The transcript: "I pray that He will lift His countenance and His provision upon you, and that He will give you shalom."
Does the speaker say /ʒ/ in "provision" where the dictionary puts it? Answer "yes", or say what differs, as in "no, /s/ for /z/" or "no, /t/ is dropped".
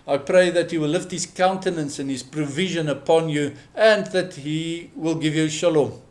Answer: yes